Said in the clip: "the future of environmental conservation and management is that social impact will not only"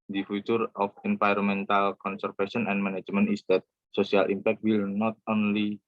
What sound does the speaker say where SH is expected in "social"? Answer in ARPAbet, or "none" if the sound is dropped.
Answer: S